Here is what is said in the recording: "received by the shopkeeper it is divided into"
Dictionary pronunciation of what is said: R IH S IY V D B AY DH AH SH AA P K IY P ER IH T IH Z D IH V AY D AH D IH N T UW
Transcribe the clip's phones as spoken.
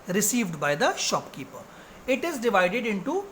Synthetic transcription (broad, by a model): R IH S IY V D B AY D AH SH AA P K IY P ER IH T IH Z D IH V AY D AH D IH N T UW